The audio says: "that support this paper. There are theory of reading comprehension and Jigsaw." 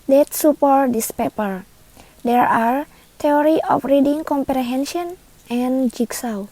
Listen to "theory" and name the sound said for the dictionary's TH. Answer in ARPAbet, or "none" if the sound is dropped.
T